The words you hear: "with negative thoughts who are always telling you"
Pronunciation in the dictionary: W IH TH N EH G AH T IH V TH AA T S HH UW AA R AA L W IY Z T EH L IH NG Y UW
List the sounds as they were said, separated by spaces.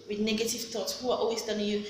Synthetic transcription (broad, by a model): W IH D N EH G AH T IH V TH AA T S HH UW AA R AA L W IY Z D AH N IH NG Y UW